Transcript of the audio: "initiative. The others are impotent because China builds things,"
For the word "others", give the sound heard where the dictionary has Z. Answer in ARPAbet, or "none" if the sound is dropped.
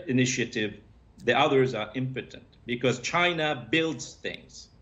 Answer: Z